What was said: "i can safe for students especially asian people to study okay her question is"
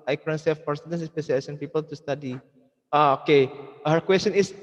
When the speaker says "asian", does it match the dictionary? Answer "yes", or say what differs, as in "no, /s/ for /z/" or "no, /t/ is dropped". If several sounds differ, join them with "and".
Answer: no, /s/ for /ʒ/